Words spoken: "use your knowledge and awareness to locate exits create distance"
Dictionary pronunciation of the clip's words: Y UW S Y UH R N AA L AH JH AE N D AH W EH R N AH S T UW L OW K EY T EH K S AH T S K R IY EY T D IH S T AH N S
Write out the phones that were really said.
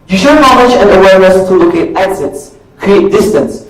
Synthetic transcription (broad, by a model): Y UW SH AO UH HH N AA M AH CH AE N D AH W EH R N AH S T UW L OW K EY T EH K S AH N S K R IY EY T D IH S T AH N S